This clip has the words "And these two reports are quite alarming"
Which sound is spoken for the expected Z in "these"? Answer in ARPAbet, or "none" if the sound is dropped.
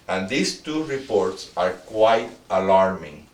S